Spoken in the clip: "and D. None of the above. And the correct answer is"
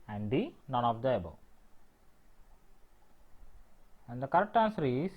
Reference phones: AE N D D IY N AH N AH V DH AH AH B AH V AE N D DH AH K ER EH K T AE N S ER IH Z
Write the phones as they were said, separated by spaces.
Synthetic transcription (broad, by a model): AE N D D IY N AH N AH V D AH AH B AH AE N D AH K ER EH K T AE N S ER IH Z